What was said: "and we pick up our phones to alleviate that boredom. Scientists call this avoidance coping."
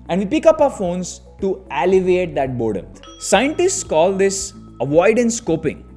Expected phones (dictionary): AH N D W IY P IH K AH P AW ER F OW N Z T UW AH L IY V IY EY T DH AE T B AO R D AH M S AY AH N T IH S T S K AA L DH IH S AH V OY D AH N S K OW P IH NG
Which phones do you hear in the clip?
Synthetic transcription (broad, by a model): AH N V IY P IH K AH P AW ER F OW N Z T UW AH L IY V EY T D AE T B AO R D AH S AY AH N T IH S T S K AA L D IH S AH V OY D AH N S K OW P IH NG